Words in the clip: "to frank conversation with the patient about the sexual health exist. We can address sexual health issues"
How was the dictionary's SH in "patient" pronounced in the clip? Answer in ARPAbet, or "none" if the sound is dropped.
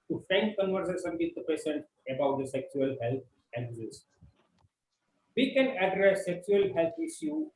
S